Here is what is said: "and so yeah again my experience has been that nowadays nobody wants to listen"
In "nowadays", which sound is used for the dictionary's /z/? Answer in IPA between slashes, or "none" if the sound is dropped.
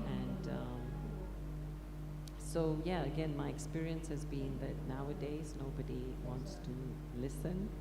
/z/